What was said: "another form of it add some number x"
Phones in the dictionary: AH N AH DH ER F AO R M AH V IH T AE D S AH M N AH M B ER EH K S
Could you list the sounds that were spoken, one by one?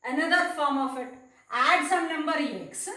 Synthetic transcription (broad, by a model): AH N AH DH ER F AO R M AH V IH T AE D S AH M N AH M B ER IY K S